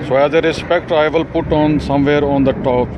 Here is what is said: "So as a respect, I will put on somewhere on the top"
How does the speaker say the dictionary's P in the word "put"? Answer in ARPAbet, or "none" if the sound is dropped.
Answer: P